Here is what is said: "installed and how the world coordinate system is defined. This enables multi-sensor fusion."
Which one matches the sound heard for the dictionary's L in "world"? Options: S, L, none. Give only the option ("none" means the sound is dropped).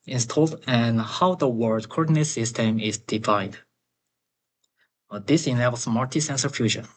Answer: none